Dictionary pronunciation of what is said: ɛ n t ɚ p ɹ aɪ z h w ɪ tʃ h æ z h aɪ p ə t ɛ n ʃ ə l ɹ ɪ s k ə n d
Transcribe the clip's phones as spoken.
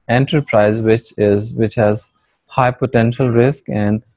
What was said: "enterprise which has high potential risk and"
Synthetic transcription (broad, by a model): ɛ n t ɚ p ɹ aɪ z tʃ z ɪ tʃ h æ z h aɪ p ə t ɛ n ʃ ə l ɹ ɪ s k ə n d